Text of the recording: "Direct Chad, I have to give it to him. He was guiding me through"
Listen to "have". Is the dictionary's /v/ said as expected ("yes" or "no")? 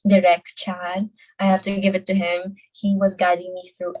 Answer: no